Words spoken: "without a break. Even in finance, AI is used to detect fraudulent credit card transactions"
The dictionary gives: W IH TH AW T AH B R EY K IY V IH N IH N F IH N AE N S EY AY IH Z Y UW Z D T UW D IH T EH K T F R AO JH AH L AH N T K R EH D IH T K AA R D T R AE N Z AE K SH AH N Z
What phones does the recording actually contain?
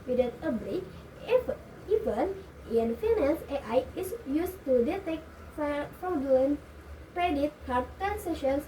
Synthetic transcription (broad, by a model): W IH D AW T AH B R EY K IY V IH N IH N F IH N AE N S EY AY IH S Y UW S T UW D IH T EH K T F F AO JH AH AH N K R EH D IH T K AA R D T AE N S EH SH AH N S